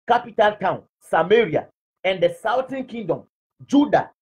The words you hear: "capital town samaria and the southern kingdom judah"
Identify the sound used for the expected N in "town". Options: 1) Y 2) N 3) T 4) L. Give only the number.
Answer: 2